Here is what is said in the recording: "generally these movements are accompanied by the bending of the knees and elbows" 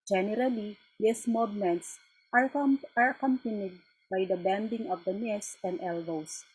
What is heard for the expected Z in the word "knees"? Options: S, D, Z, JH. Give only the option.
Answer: S